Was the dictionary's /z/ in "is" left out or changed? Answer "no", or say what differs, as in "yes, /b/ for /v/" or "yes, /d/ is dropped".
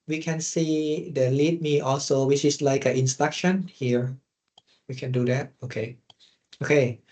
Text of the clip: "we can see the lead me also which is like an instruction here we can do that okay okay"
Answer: yes, /s/ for /z/